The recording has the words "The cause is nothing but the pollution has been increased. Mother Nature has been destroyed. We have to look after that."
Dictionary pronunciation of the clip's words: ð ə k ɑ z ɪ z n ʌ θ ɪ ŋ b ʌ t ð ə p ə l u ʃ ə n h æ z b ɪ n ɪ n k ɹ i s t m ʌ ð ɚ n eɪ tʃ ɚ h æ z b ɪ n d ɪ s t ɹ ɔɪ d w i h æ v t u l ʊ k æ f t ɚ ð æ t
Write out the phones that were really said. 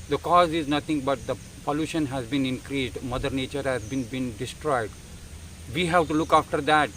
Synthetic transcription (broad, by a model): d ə k ɑ z ɪ z n ʌ t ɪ ŋ b ʌ t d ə p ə l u ʃ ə n h æ z b ɪ n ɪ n k ɹ i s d m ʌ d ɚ n eɪ tʃ ɚ h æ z b ɪ n d ɪ s t ɹ ɔɪ d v i h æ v t u l ʊ k æ f t ɚ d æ t